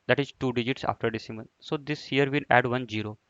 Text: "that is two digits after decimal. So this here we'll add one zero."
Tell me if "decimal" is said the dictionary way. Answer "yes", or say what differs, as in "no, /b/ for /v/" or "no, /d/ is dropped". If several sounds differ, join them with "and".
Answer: no, /n/ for /l/